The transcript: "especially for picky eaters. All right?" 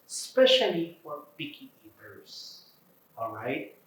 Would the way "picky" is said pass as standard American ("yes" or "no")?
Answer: no